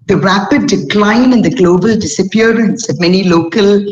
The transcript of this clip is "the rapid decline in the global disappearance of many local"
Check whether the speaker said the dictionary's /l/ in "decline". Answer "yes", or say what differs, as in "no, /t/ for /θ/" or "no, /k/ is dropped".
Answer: yes